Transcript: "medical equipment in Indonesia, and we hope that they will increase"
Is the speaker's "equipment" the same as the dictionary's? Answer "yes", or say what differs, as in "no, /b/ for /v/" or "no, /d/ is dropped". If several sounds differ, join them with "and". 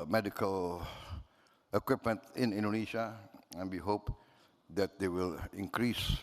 yes